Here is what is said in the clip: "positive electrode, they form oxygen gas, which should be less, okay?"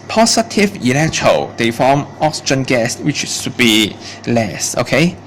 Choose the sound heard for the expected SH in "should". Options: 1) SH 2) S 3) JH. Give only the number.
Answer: 2